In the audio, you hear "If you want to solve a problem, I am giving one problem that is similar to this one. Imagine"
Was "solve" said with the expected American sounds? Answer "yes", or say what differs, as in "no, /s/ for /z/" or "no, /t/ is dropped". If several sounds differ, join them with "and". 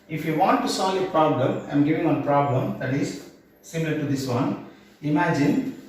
no, /v/ is dropped